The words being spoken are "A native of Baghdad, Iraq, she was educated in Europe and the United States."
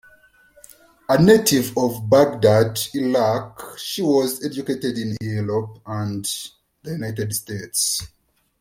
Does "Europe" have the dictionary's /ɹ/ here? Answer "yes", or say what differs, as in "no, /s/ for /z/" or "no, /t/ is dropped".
no, /l/ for /ɹ/